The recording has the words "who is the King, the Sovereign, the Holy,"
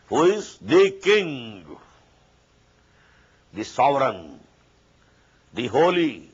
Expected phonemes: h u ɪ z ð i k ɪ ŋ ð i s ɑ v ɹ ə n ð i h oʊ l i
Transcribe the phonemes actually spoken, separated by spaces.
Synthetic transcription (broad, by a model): h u ɪ z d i k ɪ ŋ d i s ɑ v ɹ ə n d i h oʊ l i